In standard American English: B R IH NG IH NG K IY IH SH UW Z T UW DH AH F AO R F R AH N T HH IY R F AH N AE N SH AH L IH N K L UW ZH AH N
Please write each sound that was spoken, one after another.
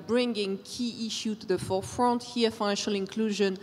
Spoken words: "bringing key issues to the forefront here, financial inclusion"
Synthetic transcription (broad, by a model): B R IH NG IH NG K IY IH SH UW T UW DH AH F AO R F R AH N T HH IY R F AH N AE N SH AH L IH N K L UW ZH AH N